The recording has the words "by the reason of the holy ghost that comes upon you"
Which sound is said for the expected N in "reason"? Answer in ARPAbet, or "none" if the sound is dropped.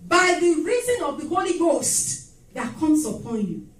N